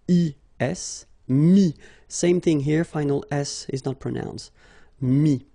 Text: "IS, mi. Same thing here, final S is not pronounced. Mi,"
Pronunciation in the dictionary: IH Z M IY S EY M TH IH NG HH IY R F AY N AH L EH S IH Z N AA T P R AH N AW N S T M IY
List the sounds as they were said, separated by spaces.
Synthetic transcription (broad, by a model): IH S M IY S EY M TH IH NG HH IY R F AY N AH L EH S IH Z N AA T P R AH N AW N S T M IY